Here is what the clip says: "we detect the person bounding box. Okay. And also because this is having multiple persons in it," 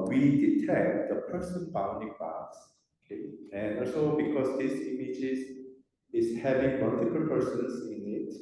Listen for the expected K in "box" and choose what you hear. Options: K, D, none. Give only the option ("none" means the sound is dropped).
none